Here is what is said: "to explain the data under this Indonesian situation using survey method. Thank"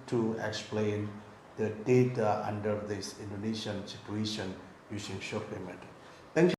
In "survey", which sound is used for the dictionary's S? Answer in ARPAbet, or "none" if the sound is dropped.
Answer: SH